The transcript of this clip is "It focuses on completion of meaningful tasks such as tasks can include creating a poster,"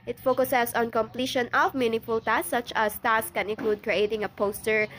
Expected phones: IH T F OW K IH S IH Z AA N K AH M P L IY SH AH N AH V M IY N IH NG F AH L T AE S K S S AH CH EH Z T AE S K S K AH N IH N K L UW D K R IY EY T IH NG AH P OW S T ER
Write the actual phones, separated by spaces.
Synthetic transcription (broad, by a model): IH T F OW K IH S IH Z AA N K AH M P L IY SH AH N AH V M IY N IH F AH L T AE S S S AH CH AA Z T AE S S K AH N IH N K L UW D K R IY EY T IH NG AH P OW S T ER